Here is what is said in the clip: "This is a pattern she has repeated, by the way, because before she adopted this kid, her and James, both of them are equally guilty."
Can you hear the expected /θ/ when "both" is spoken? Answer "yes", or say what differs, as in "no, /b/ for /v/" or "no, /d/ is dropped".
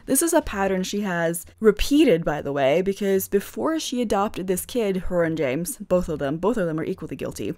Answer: yes